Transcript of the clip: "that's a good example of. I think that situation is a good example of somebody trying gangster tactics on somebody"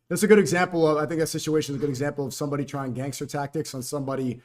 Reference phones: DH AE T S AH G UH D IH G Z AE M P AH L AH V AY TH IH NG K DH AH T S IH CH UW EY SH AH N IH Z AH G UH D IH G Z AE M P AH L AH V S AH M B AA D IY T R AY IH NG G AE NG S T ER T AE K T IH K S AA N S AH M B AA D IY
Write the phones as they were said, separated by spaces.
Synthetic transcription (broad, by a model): DH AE T S AH G UH D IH G Z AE M P L AH V AY TH IH NG K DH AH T S IH CH UW EY SH AH N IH Z AH G UH D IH G Z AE M P L AH V S AH M B AA D IY T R AY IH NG G AE NG S T ER T AE K T IH K S N S AH M B AA D IY